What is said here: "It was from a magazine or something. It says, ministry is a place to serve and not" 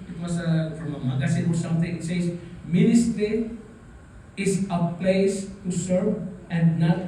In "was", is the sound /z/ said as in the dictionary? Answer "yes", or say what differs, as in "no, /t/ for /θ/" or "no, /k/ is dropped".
no, /s/ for /z/